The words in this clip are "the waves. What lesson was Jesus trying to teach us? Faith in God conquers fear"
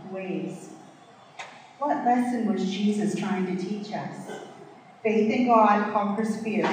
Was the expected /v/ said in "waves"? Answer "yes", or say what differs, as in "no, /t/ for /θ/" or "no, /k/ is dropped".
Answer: no, /v/ is dropped